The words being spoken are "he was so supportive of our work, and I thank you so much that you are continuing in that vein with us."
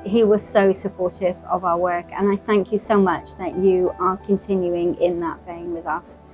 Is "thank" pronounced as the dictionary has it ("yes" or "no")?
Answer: yes